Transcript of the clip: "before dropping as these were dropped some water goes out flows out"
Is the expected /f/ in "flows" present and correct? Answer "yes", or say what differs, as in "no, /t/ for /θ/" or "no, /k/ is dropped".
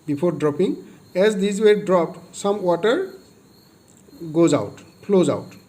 no, /p/ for /f/